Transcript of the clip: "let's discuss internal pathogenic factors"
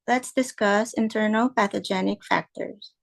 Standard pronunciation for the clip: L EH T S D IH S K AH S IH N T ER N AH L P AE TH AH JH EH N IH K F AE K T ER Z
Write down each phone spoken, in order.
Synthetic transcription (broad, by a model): L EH T S D IH S K AH S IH N T ER N L P AE TH AH JH EH N IH K F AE K T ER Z